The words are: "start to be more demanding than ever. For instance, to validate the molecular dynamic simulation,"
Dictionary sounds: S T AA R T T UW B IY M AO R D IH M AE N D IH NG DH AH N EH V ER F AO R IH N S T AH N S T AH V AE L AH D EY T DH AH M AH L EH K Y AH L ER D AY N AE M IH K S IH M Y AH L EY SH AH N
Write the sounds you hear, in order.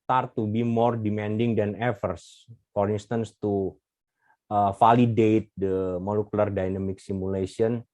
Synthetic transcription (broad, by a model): T AA R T T UW B IY M AO R D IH M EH N D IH NG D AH N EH F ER F AO R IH N S T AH N S T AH F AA L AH D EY T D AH M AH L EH K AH L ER D AY N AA M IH K S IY M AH L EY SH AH N